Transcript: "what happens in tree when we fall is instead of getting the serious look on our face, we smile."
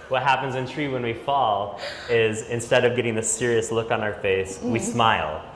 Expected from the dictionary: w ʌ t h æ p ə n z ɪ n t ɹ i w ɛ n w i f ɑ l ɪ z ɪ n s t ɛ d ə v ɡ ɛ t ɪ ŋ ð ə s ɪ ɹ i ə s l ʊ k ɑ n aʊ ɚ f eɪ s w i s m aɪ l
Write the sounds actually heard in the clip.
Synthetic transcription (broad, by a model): w ʌ t h æ p ə n z ɪ n t ɹ i w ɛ n w i f ɑ l ɪ z ɪ n s t ɛ d ə v ɡ ɛ t ɪ ŋ ð ə s ɪ ɹ i ə s l ʊ k n aʊ ɚ f eɪ s w i s m aɪ l